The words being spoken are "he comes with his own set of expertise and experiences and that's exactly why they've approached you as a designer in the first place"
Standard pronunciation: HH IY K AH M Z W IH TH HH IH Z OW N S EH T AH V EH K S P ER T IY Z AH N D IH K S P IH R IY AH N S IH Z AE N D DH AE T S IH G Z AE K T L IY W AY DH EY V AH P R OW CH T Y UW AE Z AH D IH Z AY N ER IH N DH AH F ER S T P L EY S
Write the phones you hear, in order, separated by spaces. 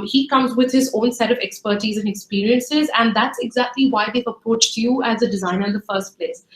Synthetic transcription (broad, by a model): HH IY K AH M Z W IH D HH IH Z OW N S EH T AH V EH K S P ER T IY Z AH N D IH K S P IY R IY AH N S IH Z AE N D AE T S IH G Z AE K T L IY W AY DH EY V AH P R OW CH T Y UW AE Z AH D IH Z AY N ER IH N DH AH F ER S T P L EY S